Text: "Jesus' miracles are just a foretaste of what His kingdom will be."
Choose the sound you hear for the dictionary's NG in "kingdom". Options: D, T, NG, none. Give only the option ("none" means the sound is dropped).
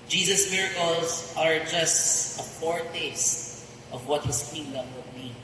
none